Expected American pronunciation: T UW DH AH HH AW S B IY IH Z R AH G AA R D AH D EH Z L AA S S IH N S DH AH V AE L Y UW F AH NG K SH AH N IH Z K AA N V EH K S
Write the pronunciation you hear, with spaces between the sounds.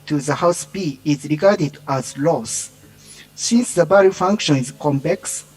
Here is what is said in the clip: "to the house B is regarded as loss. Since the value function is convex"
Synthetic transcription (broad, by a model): T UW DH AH HH AW S B IY IH Z R AH G AA R D AH D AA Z L AA S S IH N S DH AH B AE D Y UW F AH NG K SH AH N IH Z K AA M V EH K S